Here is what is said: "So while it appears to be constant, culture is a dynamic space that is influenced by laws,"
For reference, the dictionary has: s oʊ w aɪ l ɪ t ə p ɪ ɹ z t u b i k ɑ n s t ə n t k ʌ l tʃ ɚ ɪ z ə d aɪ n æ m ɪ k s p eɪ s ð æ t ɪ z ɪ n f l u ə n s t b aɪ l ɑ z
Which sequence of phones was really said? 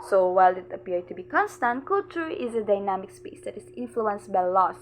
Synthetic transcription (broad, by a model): s oʊ w aɪ l ɪ t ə p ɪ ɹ t u b i k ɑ n s t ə n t k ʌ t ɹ ɪ z ə d aɪ n æ m ɪ k s p eɪ s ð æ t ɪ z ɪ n f l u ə n s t b aɪ l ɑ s